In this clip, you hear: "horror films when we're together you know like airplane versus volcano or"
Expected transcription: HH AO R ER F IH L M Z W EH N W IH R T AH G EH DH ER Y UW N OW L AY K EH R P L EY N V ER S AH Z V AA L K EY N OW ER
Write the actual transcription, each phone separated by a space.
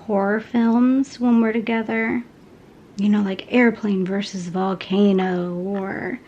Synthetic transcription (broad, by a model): HH AO R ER F IH L M Z W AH N W IH R T AH G EH DH ER Y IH N OW L AY K EH R P L EY N V ER S AH Z V AA L K EY N OW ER